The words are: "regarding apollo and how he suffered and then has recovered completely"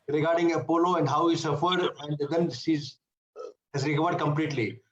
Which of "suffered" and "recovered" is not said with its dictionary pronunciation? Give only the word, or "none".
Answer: none